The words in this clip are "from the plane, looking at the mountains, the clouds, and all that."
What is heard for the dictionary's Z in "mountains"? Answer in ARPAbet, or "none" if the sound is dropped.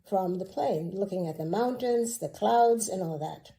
Z